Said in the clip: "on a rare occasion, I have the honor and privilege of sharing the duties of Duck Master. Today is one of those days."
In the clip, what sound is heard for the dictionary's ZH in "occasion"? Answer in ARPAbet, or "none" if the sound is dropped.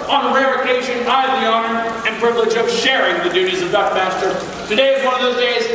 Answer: SH